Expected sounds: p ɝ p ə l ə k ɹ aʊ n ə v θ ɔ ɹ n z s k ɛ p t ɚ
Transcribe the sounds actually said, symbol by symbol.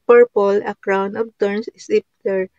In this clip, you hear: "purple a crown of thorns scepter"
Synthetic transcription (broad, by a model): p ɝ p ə l ə k ɹ aʊ n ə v t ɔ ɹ n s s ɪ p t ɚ